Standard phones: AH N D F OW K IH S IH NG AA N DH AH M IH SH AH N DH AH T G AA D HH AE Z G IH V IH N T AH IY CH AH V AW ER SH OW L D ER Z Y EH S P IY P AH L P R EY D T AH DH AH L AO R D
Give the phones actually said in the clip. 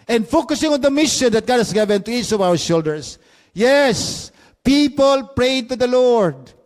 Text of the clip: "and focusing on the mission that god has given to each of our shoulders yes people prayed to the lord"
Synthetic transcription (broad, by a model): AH N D F OW K IH S IH NG AA N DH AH M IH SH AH N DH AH T G AA D HH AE S G IH V IH N T AH IY CH AH V AW ER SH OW L D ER S Y EH S P IY P AH L P R EY D T AH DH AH L AO R D